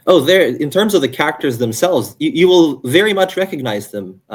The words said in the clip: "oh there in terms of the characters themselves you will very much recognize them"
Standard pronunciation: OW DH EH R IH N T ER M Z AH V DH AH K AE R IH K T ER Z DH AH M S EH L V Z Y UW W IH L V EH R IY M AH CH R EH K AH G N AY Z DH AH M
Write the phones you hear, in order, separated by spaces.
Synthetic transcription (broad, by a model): OW DH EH R IH N T ER M Z AH V DH AH K AE R IH K T ER Z DH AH M S EH L V Z Y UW W IH L V EH R IY M AH CH R EH K AH G N AY Z DH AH M